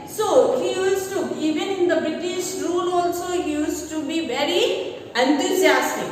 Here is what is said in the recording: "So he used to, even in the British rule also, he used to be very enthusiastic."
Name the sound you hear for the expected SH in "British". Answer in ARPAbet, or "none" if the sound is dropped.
SH